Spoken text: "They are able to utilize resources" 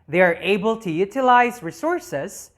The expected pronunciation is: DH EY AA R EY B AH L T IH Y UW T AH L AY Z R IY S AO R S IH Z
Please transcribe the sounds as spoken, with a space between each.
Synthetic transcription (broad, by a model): DH EY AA R EY B AH L T IH Y UW T AH L AY Z R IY S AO R S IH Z